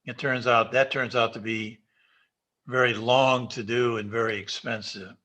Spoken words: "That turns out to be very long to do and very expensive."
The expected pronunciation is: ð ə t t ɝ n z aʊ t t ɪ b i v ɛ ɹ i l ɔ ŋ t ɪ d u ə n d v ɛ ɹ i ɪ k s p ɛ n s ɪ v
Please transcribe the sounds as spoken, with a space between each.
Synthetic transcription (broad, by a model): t ə t t ɝ n z aʊ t t ɪ b i v ɛ ɹ i l ɔ ŋ t ɪ d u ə n v ɛ ɹ i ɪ k s p ɛ n s ɪ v